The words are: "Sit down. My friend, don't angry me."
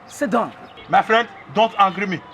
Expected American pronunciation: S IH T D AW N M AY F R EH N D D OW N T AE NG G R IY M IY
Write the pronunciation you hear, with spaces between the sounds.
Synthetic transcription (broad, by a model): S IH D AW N M AY F R EH N D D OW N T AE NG G R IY M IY